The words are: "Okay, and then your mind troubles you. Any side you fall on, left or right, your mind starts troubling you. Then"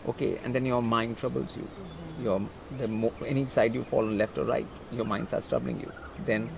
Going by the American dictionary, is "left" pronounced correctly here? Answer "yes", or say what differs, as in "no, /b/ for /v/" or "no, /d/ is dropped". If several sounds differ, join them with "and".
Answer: yes